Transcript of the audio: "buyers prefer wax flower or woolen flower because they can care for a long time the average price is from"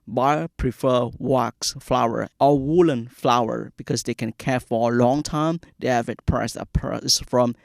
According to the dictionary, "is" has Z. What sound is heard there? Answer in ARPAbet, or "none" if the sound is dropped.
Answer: S